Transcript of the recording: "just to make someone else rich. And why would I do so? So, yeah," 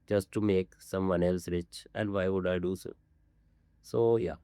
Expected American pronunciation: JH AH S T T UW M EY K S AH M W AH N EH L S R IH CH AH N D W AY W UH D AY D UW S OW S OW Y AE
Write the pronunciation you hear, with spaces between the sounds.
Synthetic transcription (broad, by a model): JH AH S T T UW M EY K S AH M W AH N EH L S R IH CH AH N D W AY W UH D AY D UW S OW S OW Y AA